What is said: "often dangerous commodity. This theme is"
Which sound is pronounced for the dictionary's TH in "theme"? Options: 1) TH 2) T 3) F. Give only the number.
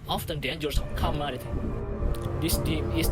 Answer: 2